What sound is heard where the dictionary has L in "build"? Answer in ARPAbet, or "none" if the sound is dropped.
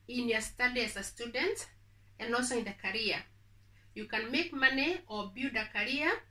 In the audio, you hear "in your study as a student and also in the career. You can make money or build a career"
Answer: none